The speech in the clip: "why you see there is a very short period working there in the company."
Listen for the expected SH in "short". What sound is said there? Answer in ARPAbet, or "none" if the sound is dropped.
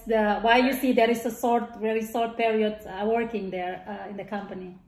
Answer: S